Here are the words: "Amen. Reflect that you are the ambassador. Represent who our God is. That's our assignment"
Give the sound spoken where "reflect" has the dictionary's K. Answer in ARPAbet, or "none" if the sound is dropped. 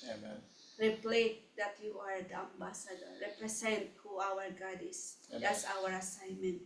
none